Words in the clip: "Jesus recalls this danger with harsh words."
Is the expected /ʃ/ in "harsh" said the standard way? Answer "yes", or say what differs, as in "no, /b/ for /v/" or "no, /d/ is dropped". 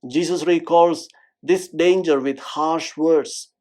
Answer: yes